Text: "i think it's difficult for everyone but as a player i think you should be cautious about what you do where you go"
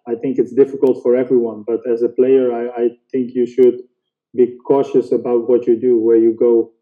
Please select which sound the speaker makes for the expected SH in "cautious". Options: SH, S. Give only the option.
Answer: SH